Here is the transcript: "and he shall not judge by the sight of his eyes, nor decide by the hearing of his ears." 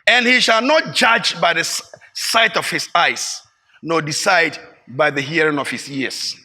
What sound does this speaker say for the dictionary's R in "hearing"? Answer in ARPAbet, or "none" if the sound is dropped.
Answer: R